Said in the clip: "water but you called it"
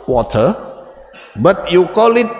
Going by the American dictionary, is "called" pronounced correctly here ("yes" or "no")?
no